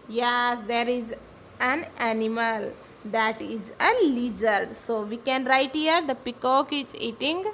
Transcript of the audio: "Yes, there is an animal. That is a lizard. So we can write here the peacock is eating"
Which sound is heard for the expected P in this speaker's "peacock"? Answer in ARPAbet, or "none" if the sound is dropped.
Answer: P